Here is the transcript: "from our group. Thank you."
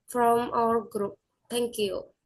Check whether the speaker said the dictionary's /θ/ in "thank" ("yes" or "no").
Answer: no